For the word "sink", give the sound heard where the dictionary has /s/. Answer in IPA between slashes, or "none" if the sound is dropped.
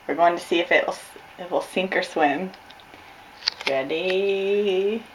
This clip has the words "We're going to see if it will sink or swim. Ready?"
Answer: /s/